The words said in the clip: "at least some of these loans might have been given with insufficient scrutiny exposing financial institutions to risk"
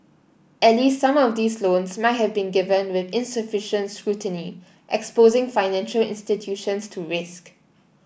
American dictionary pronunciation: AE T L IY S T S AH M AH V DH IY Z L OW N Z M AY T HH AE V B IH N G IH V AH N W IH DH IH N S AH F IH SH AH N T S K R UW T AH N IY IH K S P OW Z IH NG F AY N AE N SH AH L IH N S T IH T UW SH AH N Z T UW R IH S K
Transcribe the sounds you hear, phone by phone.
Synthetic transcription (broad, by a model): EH T L IY S T S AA M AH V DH IY S L OW N S M AY T HH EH V B IH N G IH V AH N W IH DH IH N S AH F IH SH AH N T S K R UW T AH N IY IH K S P OW Z IH NG F AY N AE N SH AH L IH N S T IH T UW SH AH N S T UW R IH S K